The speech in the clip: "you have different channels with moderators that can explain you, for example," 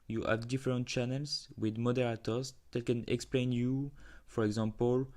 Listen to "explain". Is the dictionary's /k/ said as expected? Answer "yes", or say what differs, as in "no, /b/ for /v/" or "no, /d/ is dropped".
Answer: yes